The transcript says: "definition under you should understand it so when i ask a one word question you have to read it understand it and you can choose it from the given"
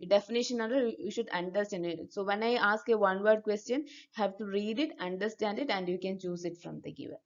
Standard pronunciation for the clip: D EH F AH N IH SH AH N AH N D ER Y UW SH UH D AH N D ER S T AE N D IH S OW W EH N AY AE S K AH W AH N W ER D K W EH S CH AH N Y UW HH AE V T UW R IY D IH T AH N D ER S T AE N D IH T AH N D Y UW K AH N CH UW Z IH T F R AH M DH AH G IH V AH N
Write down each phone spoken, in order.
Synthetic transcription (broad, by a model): D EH F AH N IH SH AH N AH D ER Y UW SH UH D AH N D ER S T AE N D IH S OW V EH N AY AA S K AH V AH N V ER D K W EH S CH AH N Y UW HH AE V T UW R IY D IH T AH N D ER S T AE N D IH T AH N D Y UW K AH N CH UW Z IH T F R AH M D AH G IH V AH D